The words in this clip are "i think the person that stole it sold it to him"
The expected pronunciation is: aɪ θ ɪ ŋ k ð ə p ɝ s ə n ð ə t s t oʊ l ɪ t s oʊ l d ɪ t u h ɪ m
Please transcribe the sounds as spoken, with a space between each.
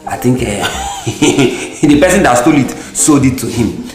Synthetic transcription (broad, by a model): aɪ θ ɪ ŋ k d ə p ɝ s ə n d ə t s t oʊ l ɪ t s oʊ d ɪ t u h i m